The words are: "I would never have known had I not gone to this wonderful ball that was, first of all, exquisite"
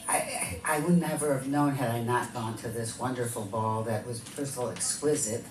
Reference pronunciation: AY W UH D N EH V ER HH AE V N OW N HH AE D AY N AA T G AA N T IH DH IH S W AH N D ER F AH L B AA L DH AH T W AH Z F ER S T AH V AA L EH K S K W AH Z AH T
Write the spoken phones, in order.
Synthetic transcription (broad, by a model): AY W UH D N EH V ER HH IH V N OW N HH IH D AY N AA T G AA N T IH DH IH S W AH N D ER F L B AA L DH AH T W AH Z P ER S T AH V L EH K S K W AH Z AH T